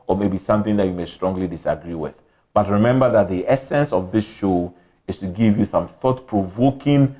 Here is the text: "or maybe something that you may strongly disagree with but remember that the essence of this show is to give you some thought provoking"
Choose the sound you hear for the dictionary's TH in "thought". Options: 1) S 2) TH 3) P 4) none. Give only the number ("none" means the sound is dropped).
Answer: 2